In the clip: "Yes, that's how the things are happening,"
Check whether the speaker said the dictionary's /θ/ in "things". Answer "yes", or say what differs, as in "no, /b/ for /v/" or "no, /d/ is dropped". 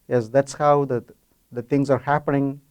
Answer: no, /t/ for /θ/